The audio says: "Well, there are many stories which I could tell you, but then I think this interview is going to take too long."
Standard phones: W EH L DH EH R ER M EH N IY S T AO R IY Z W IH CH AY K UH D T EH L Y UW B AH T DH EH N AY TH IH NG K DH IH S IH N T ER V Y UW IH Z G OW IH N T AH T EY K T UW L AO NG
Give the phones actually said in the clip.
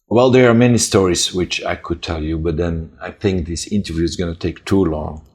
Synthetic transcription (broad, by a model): W EH L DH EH R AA M EH N IY S T AO R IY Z W IH CH AY K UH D T EH L Y UW B AH T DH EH N AY TH IH NG K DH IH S IH N T ER V Y UW IH Z G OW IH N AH T EY K T UW L AO NG